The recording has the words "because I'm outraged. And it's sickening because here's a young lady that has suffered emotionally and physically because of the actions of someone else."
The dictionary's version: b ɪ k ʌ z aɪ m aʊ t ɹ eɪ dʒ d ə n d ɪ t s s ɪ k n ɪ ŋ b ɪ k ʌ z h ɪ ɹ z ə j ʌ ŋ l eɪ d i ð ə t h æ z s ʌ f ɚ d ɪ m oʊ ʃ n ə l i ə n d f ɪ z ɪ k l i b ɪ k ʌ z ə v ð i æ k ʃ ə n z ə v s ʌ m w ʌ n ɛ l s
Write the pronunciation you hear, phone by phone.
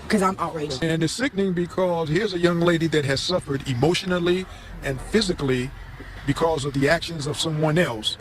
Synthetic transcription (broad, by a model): k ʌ z aɪ m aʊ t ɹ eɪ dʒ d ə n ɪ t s s ɪ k n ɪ ŋ b ɪ k ʌ z h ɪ ɹ z ə j ʌ ŋ l eɪ d i ð ə t h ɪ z s ʌ f ɚ d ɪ m oʊ ʃ n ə l i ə n f ɪ z ɪ k l i b ɪ k ʌ z ə v ð i æ k ʃ ə n z ə v s ʌ m w ʌ n ɛ l s